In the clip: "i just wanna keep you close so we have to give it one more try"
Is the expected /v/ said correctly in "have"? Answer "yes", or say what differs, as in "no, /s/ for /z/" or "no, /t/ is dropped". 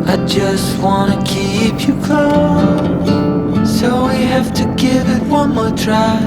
no, /f/ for /v/